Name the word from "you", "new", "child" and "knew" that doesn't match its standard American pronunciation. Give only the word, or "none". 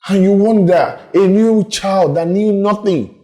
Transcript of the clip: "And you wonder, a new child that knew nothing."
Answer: none